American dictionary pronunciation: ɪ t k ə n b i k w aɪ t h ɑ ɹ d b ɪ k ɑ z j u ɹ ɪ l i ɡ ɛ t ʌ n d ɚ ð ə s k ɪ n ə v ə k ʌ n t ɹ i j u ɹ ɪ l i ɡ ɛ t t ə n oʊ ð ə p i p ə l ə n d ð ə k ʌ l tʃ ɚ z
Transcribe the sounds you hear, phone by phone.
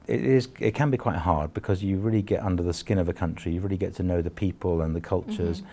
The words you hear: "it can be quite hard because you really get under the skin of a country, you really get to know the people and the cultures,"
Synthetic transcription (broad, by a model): ɪ t k ə n b i k w aɪ t h ɑ ɹ d b ɪ k ɑ z j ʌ ɹ ɪ l i ɡ ɛ t ʌ n d ɚ ð ə s k ɪ n ə v ə k ʌ n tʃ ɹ i j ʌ ɹ ɪ l i ɡ ɛ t t ə n oʊ ð ə p i p ə l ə n ð ə k ʌ l tʃ ɚ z